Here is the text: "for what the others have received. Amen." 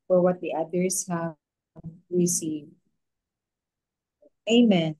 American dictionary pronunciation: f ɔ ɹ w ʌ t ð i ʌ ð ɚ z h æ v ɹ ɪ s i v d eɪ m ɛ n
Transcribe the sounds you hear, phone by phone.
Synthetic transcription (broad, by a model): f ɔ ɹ w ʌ t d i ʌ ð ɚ s h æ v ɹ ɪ s i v eɪ m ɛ n